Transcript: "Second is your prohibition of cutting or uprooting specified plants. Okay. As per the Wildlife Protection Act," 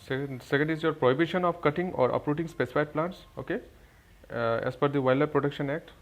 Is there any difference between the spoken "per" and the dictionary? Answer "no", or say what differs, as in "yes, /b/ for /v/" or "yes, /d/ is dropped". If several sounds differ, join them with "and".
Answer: yes, /f/ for /p/